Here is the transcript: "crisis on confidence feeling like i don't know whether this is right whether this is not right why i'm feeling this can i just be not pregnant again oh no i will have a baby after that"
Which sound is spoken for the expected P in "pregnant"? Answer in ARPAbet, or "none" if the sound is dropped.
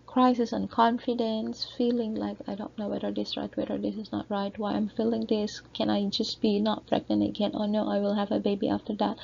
F